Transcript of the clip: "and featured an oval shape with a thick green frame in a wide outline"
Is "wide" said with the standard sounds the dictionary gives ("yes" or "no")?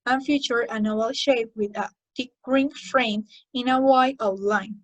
no